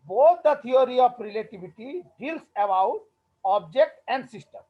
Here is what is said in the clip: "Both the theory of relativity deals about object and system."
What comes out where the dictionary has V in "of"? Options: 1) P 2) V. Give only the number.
1